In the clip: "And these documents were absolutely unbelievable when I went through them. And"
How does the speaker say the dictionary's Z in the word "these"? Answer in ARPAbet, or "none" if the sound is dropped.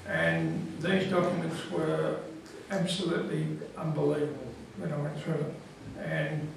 Z